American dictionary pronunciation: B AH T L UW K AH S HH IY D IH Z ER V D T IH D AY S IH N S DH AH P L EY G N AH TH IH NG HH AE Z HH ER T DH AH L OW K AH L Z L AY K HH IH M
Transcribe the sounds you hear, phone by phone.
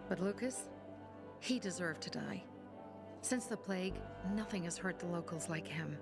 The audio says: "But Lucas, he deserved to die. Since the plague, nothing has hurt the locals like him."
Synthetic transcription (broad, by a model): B AH T L UW K AH S HH IY D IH Z ER V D T IH D AY S IH N S DH AH P L EY G N AH TH IH NG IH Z HH ER T DH AH L OW K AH L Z L AY K HH IH M